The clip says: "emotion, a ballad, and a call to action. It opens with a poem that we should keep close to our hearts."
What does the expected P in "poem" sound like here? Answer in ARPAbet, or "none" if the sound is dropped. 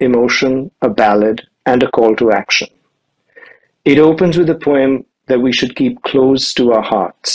P